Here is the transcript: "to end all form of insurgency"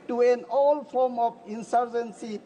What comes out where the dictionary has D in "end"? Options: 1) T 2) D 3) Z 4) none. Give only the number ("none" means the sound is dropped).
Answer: 4